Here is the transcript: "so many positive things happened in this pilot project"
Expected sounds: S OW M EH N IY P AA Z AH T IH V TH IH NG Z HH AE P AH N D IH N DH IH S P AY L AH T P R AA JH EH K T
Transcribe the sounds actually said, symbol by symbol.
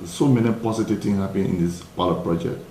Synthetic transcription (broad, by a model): S OW M EH N IY P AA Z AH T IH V T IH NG HH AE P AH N IH N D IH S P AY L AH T P R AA JH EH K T